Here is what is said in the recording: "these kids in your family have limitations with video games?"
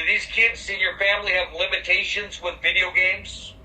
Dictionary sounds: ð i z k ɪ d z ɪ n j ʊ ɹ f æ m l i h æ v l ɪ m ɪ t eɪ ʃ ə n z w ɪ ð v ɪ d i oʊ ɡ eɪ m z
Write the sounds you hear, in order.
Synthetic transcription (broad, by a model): ð i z k ɪ d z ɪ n j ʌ ɹ f æ m l i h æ v l ɪ m ɪ t eɪ ʃ ə n z w ɪ ð v ɪ d i oʊ ɡ eɪ m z